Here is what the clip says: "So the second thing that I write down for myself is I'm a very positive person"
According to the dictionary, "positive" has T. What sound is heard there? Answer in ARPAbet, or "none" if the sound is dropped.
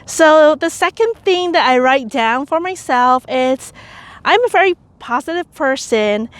T